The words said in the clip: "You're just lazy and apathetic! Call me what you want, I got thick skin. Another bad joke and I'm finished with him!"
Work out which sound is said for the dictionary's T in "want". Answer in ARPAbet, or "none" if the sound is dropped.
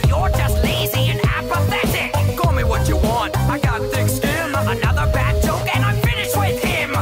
T